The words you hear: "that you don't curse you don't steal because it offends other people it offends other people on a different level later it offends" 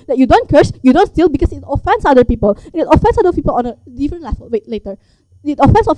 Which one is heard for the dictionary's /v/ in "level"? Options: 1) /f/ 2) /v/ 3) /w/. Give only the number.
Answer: 3